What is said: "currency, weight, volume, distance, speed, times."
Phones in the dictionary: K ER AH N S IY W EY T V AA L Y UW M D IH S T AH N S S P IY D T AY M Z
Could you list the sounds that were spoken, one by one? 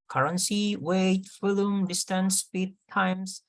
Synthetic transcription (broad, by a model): K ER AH N S IY W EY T F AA L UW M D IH S T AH N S S P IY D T AY M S